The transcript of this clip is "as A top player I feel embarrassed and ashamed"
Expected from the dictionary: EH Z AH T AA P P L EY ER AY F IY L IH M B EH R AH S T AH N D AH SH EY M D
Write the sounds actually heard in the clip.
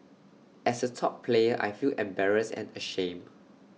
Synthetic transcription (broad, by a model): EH S AH T AA P P L EY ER AY F IY L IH M B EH R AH S AH N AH SH EY M